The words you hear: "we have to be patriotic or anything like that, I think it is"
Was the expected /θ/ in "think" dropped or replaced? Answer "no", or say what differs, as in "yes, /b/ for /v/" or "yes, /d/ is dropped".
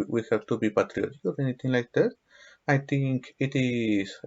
yes, /t/ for /θ/